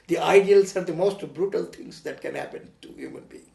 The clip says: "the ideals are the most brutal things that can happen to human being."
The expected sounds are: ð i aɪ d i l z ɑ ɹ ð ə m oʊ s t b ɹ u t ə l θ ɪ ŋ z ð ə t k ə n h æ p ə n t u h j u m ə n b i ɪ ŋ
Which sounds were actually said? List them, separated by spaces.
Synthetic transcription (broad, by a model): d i aɪ d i l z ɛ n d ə m oʊ s t b ɹ u t ə l t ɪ ŋ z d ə t k ə n h æ p ə n t u h j u m ə n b i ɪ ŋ